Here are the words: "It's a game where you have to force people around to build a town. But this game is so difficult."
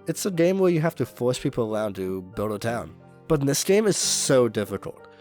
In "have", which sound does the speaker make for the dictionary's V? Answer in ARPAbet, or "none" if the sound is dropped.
F